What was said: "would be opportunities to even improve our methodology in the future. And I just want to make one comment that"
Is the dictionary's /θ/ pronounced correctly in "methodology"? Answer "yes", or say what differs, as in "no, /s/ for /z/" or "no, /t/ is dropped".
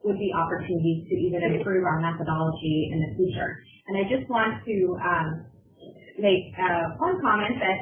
yes